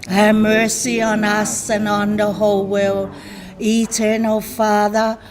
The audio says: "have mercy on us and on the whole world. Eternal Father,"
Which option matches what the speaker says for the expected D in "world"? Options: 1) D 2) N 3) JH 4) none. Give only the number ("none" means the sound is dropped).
4